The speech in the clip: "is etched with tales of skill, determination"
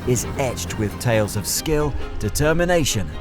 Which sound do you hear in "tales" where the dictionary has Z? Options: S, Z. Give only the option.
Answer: Z